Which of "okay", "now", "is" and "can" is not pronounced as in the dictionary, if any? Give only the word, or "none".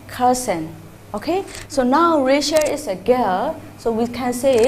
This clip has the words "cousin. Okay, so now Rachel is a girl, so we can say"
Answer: is